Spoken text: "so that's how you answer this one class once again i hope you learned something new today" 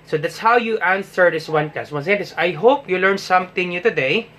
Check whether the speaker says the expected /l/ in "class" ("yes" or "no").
no